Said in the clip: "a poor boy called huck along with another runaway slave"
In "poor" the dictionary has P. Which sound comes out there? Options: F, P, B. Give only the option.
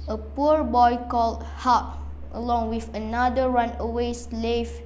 P